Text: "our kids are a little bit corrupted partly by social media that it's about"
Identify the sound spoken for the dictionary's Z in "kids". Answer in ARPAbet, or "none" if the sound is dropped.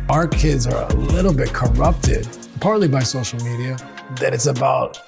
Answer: Z